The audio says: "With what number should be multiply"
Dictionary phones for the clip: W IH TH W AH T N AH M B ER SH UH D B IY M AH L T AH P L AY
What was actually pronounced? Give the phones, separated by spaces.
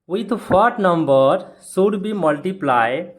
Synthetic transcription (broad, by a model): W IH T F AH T N AH M B ER S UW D B IY M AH L T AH P L AY